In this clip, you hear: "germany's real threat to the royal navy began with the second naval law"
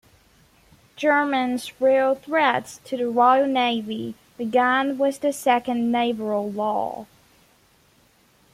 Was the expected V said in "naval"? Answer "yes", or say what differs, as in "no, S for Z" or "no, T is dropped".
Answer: no, B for V